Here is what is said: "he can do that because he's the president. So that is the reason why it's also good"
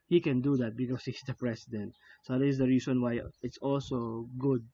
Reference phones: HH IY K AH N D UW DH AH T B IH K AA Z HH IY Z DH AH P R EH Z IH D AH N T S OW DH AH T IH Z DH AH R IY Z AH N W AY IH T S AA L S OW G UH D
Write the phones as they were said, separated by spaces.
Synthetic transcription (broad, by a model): HH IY K AH N D UW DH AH T B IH K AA S HH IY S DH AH P R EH S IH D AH N T S OW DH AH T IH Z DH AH R IY S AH N W AY IH T S AA L S OW G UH D